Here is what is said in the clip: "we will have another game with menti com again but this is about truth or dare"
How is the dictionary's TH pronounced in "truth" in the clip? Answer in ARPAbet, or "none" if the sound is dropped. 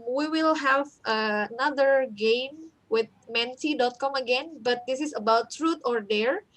T